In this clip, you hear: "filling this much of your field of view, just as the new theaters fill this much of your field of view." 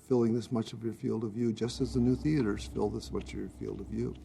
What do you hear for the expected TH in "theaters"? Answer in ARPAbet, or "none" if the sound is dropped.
TH